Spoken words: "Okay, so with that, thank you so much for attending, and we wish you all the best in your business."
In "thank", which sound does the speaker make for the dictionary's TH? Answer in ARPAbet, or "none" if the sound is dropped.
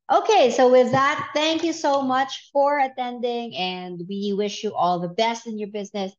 TH